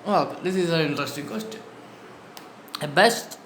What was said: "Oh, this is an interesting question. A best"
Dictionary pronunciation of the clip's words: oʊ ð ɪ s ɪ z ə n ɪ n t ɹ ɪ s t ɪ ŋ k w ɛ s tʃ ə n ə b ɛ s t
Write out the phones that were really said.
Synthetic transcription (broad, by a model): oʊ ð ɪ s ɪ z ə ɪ n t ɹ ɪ s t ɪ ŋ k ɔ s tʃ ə ə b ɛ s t